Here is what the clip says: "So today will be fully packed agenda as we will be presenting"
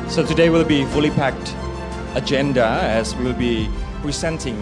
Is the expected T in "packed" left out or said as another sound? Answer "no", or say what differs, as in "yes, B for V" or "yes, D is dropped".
no